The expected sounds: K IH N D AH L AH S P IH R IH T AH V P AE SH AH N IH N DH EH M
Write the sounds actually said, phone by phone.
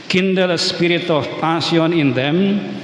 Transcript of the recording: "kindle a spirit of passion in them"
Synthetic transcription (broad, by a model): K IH N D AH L S P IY R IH T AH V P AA S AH N IH N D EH M